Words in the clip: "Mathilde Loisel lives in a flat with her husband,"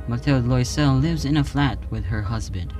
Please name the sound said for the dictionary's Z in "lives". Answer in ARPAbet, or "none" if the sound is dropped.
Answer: Z